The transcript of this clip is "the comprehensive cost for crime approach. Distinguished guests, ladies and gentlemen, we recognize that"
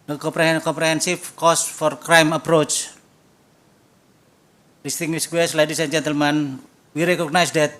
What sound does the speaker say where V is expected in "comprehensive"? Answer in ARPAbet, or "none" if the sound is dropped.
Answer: F